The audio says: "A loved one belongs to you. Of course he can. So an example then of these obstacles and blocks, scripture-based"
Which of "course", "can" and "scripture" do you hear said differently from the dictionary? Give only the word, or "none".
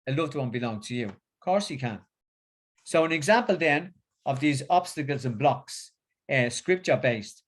none